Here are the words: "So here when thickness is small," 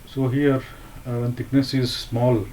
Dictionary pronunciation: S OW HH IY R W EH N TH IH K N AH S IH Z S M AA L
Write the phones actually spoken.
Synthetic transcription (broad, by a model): S OW HH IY R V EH N T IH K N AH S IH Z S M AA L